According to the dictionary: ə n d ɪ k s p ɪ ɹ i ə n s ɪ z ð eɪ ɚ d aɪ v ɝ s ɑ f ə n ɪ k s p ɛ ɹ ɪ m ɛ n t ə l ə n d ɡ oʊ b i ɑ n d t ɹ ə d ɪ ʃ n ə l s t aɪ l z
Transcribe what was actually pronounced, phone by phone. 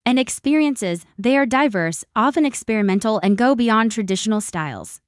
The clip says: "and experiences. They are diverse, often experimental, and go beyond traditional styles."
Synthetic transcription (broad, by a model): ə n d ɪ k s p ɪ ɹ i ə n s ɪ z ð eɪ ɚ d aɪ v ɝ s ɑ f ə n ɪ k s p ɛ ɹ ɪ m ɛ n t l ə n ɡ oʊ b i ɑ n t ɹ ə d ɪ ʃ n l s t aɪ l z